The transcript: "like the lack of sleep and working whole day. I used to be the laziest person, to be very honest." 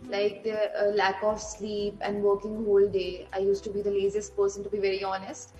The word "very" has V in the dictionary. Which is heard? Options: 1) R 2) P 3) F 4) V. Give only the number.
4